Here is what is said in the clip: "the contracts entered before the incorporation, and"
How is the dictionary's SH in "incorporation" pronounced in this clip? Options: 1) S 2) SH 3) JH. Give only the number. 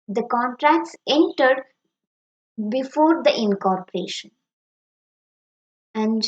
2